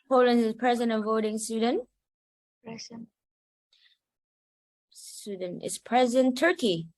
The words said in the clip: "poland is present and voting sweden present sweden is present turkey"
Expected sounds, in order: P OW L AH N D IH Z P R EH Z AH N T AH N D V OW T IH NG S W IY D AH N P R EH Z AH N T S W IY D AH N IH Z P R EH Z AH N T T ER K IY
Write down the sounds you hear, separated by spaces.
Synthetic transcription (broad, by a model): P OW L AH N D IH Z P R EH Z AH N T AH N V OW T IH NG S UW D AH N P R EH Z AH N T S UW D N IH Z P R EH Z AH N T T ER K IY